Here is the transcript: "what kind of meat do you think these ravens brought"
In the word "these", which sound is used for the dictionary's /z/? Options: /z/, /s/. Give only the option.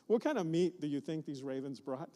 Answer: /z/